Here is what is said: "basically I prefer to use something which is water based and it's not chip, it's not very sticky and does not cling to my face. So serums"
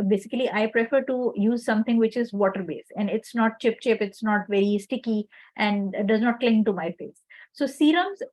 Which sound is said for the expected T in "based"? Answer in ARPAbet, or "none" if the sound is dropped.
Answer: none